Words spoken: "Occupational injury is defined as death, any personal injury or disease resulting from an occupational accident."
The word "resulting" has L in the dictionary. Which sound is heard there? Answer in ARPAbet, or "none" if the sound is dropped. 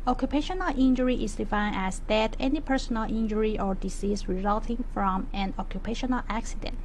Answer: L